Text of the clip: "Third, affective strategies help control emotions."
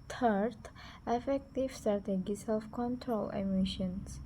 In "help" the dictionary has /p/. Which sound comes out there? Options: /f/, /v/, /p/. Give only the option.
/f/